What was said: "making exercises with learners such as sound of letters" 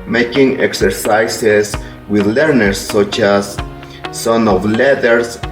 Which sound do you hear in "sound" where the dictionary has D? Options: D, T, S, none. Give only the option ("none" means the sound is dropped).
none